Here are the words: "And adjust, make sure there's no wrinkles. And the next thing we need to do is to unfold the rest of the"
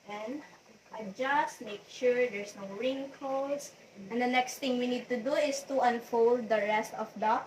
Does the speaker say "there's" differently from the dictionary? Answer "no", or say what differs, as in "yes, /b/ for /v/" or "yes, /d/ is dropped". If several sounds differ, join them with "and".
yes, /s/ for /z/